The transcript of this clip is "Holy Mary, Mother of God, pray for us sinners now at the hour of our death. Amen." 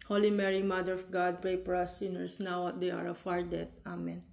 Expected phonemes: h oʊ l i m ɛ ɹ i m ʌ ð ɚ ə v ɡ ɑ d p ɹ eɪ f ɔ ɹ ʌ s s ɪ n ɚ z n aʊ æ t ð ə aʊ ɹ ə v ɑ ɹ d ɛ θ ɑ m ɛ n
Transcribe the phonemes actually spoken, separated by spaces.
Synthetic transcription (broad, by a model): h oʊ l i m ɛ ɹ i m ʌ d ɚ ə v ɡ ɑ d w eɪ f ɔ ɹ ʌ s s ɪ n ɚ s n aʊ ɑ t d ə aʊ ɹ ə f ɑ ɹ d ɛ t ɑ m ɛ n